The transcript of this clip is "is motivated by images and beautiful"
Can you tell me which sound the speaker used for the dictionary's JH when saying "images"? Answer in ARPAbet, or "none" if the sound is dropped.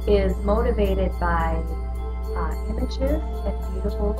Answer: SH